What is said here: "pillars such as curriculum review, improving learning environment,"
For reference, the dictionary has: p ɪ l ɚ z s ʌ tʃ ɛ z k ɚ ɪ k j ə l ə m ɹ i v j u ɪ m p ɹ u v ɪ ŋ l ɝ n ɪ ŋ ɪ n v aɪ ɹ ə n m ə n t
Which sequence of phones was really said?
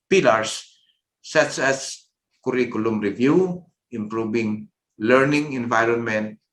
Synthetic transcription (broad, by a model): p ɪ l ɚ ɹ s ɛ s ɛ s k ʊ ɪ k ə l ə m ɹ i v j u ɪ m p ɹ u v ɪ ŋ l ɝ n ɪ ŋ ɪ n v aɪ ɹ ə n m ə n t